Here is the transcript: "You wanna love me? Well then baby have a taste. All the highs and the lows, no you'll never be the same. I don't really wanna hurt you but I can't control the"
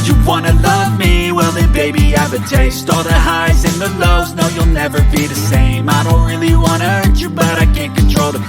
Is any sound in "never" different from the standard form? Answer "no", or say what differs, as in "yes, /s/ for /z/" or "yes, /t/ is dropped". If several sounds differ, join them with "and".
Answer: no